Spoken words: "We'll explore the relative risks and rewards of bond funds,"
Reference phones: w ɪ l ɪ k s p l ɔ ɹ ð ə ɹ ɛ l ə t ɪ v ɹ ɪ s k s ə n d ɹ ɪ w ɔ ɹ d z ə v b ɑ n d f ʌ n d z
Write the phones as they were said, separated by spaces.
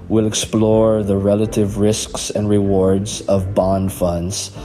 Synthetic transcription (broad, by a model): w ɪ l ɪ k s p l ɔ ɹ ð ə ɹ ɛ l ə t ɪ v ɹ ɪ s k s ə n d ɹ ɪ w ɔ ɹ d z ə v b ɑ n d f ʌ n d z